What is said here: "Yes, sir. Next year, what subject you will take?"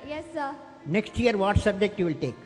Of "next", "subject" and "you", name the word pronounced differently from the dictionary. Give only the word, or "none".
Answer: none